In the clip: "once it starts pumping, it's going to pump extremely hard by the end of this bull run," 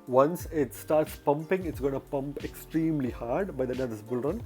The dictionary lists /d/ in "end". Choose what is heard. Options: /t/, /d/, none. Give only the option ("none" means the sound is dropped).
none